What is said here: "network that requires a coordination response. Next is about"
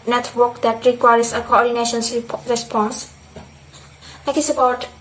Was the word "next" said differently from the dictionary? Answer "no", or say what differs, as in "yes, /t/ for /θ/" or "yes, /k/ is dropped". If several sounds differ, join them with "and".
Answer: yes, /s/ is dropped